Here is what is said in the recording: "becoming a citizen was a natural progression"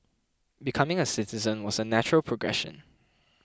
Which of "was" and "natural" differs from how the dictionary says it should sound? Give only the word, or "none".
none